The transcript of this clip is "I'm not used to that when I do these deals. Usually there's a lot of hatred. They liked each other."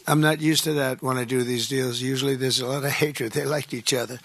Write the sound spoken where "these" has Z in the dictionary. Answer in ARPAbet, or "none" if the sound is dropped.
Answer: Z